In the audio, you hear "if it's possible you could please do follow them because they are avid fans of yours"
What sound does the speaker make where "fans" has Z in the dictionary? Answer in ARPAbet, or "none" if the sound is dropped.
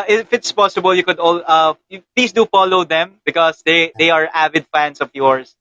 S